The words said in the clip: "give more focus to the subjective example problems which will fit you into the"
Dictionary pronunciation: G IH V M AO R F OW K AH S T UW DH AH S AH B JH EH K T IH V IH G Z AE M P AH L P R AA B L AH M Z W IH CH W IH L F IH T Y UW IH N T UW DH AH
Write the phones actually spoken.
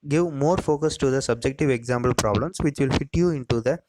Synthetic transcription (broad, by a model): G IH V M AO R F OW K AH S T UW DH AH S AH B JH EH K T IH V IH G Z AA M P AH L P R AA B L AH M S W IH CH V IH L F IH T Y UW IH N T UW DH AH